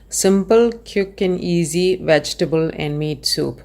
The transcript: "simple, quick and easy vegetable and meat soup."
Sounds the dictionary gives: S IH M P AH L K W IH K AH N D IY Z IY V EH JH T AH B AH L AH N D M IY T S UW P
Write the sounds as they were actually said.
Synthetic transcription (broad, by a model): S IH M P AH L K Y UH K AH N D IY Z IY V EH JH T AH B AH L AH N D M IY T S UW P